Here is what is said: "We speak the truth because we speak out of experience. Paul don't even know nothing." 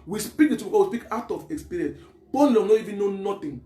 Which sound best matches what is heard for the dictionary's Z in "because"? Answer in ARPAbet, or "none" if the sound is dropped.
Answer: none